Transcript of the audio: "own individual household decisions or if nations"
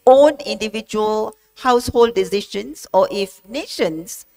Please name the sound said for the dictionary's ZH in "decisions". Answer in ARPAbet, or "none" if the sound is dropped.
SH